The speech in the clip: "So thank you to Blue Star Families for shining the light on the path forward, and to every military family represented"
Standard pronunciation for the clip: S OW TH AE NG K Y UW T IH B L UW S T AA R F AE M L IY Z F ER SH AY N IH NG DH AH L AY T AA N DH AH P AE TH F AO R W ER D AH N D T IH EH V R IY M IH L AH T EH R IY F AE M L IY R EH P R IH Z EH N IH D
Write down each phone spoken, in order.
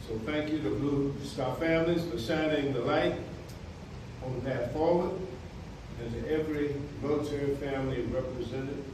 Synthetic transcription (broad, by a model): S OW TH AE NG K Y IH T IH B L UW S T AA F AE M L IY Z F ER S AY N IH NG DH AH L AY T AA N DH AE T F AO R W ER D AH N T IH EH V R IY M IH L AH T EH R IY F AE M L IY R EH P R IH Z EH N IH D